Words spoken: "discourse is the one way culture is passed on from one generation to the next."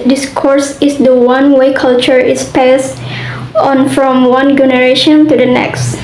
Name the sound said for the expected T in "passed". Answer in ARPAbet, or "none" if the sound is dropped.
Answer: none